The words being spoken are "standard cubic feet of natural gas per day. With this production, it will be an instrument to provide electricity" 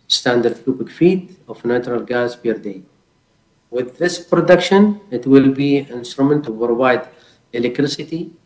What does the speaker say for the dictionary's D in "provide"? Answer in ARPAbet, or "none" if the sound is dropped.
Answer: D